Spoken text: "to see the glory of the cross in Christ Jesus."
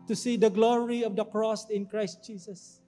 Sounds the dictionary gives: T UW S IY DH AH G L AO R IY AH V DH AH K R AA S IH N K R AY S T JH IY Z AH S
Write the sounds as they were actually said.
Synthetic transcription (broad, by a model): T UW S IY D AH G L AO R IY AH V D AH K R AA S IH N K R AY S T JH IY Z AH S